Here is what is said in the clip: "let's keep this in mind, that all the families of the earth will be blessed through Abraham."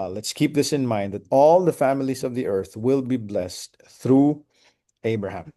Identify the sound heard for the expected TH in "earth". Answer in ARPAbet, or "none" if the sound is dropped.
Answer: TH